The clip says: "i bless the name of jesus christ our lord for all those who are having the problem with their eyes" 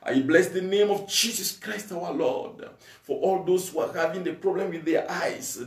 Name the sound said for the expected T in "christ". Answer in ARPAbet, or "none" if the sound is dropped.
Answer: T